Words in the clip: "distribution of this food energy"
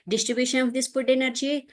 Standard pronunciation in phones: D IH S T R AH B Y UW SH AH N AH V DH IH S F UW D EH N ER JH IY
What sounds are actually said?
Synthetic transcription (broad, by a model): D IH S T R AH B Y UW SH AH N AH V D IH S P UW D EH N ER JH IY